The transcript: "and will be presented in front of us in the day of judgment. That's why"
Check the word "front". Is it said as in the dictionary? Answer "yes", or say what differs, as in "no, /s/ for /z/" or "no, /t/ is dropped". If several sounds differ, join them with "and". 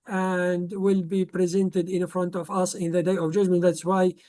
yes